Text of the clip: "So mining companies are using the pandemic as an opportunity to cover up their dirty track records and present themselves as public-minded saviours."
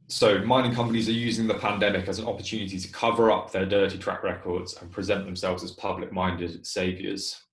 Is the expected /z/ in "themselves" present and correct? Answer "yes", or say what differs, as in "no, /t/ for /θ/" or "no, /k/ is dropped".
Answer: yes